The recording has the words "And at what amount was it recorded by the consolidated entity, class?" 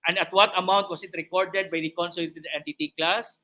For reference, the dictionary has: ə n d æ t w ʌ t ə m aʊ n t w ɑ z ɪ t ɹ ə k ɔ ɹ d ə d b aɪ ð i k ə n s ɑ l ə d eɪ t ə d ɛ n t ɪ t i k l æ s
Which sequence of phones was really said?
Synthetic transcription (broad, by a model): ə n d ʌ t w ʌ t ə m aʊ n t w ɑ s ɪ t ɹ ə k ɔ ɹ d ə d b aɪ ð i k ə n s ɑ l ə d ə ɛ n t ɪ t i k l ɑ s